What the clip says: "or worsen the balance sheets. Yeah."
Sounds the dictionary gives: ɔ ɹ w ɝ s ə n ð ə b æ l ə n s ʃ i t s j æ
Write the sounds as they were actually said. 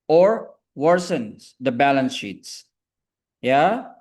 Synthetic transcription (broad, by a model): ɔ ɹ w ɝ s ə n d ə b æ l ə n s ʃ i t s j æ